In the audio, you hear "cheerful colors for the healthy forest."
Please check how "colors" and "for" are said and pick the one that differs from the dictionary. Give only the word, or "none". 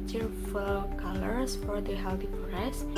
colors